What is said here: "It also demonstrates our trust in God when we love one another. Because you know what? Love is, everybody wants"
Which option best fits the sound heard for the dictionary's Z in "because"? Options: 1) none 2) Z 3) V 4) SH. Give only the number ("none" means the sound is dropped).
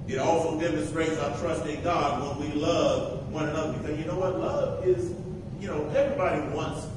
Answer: 2